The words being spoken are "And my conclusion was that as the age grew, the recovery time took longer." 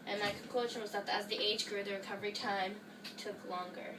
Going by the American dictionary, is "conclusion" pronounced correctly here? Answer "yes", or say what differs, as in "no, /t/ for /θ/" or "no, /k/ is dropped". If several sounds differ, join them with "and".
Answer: no, /ʃ/ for /ʒ/